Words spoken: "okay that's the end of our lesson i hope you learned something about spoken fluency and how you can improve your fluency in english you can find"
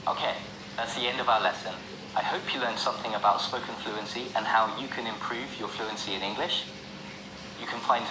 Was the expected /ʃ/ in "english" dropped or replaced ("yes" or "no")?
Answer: no